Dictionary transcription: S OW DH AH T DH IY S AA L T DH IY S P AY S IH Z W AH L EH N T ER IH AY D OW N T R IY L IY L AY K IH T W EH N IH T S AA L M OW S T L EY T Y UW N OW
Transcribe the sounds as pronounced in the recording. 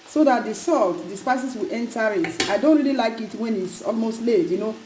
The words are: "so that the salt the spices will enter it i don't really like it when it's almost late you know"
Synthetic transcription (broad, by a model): S OW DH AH T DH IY S AA L T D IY S P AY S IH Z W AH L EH N T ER IH AY D OW N T R IY L IY L AY K IH T W EH N IH T S AA L M OW S T L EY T Y UW N OW